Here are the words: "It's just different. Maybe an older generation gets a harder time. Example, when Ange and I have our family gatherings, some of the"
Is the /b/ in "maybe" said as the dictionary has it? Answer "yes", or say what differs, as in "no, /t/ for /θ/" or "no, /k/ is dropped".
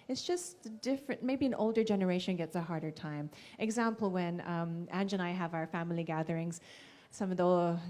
yes